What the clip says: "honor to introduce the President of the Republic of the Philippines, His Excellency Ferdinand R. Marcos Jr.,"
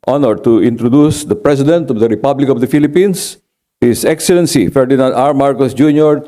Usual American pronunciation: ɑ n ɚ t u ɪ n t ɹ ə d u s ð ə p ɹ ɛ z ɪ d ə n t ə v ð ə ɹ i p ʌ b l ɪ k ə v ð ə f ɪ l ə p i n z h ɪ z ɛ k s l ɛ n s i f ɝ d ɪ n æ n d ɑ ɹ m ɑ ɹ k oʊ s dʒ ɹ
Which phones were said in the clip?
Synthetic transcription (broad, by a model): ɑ n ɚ t u ɪ n t ɹ ə d u s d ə p ɹ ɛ s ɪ d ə n t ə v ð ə ɹ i p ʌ b l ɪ k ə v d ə f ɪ l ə p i n s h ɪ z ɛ k s l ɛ n s i f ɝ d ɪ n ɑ n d ɑ ɹ m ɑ ɹ k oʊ s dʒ ɹ